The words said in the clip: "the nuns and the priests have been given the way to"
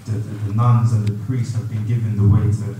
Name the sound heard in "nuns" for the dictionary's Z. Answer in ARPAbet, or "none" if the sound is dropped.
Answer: Z